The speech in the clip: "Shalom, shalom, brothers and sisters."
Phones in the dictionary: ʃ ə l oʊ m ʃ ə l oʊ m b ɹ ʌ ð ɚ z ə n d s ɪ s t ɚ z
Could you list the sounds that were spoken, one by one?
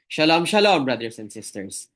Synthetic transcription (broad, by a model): ʃ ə l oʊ m ʃ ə l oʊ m b ɹ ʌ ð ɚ s ə n d s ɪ s t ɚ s